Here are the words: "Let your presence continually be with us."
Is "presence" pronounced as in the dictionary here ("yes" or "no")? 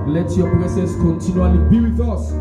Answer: no